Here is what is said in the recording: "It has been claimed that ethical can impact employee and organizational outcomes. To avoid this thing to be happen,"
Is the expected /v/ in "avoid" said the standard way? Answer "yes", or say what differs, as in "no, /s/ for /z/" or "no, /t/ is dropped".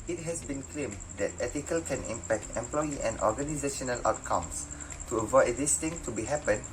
yes